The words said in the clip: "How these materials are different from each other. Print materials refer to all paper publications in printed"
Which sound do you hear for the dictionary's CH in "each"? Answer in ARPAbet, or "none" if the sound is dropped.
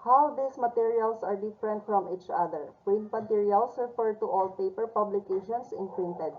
CH